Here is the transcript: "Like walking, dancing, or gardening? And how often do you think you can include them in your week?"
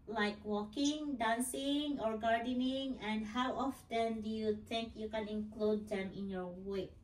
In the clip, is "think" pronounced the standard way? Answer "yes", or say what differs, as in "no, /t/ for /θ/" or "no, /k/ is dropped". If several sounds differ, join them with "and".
no, /t/ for /θ/